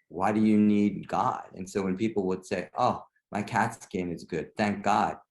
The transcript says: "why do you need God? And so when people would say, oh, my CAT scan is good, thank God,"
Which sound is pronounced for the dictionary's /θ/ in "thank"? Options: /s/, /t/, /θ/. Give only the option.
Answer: /θ/